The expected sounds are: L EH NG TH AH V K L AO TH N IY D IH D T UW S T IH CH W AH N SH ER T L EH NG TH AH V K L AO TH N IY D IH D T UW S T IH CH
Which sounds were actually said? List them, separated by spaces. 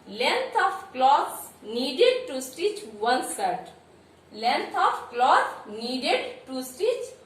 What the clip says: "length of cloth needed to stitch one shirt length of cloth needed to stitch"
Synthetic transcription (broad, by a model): L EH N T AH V K L AO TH N IY D IH D T UW S T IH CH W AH N S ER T L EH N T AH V K L AO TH N IY D IH D T UW S T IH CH